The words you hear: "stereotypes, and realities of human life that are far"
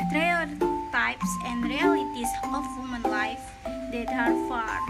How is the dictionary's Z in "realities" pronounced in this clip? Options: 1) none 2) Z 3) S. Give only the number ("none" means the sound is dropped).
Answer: 3